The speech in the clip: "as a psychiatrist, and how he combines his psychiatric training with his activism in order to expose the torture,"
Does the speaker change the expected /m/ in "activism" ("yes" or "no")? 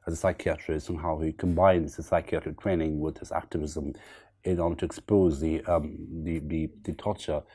no